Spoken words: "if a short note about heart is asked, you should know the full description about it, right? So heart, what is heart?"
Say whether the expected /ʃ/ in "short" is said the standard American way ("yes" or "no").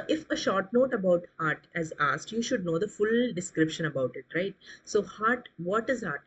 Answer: yes